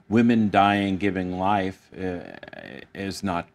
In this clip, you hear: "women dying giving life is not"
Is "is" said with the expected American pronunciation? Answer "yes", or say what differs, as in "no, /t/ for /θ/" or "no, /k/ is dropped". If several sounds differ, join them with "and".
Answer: yes